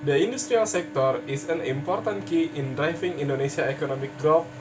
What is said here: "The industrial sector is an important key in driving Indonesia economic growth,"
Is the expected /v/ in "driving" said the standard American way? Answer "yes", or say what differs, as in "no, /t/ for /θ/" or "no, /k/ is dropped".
no, /f/ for /v/